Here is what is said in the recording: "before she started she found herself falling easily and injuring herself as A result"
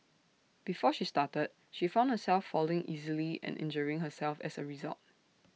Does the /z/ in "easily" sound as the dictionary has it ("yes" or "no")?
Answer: yes